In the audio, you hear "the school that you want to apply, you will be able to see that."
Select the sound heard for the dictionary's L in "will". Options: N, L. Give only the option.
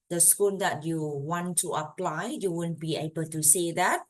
N